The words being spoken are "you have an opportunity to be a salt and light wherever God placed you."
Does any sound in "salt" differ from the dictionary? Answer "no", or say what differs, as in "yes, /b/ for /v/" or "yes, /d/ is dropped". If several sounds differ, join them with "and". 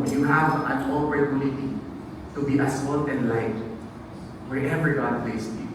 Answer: yes, /n/ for /l/